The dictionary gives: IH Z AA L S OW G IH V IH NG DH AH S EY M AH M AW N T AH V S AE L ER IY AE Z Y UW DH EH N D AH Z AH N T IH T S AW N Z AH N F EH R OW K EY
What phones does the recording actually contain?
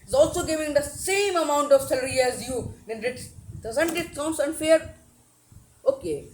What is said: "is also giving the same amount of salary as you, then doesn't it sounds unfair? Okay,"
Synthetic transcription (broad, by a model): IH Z AA L S OW G IH V IH NG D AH S EY M AH M AW N T AH V S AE L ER IY AE Z Y UW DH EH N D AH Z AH N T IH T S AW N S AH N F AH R OW K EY